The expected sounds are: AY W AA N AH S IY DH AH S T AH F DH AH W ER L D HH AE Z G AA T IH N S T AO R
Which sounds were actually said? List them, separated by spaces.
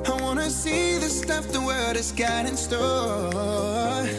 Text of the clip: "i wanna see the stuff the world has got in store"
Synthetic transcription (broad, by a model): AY W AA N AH S IY DH AH S T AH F DH AH W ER D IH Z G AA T IH N S T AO